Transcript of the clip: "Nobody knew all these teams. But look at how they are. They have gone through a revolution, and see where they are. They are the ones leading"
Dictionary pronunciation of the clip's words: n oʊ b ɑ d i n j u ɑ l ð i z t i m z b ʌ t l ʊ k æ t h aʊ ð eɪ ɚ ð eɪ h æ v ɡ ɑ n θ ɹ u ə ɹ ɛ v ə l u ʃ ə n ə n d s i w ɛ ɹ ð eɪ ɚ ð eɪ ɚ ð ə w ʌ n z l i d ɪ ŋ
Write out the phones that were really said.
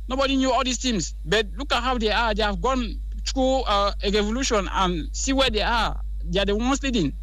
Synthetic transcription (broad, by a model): n oʊ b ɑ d i n j u ɑ l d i s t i m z b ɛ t l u k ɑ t h aʊ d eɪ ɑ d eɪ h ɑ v ɡ ɑ n t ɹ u ɹ ɛ v ə l u ʃ ə n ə n s i w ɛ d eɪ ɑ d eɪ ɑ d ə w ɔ n s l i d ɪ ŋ